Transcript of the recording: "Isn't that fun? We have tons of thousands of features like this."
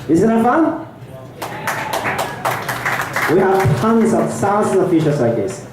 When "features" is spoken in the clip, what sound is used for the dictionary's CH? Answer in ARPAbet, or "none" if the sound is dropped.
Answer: SH